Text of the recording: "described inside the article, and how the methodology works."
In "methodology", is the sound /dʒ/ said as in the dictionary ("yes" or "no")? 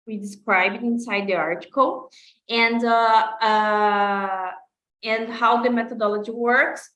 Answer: yes